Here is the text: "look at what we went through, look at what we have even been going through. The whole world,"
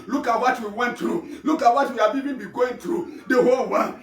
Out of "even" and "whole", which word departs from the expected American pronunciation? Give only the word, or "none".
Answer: even